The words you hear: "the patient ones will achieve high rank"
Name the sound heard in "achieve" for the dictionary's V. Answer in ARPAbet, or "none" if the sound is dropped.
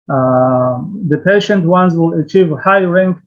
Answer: V